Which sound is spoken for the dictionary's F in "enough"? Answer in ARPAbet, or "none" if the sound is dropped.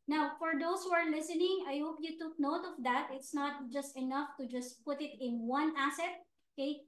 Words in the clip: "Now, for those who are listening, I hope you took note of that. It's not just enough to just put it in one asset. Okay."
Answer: F